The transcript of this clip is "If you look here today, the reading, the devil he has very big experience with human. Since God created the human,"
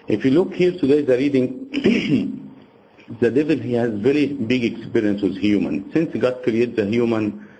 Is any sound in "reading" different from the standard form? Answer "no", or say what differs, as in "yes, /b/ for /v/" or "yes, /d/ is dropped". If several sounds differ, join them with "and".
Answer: no